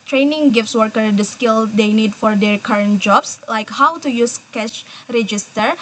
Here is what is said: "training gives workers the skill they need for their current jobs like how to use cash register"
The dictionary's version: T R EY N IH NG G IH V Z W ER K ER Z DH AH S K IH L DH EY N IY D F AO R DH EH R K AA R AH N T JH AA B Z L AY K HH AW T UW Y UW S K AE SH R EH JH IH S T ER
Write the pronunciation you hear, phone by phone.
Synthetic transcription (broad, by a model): T R EY N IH NG G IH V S W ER K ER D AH S K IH L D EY N IY D F AO R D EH R K AA R AH N T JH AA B S L AY K HH AW T UW Y UW S K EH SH R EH JH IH S T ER